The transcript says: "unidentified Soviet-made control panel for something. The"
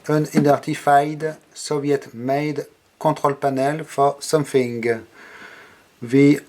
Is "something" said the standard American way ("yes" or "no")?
no